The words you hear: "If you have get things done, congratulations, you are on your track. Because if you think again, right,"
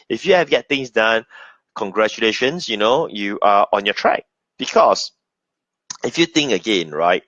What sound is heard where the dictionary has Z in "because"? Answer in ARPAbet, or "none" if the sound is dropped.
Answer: S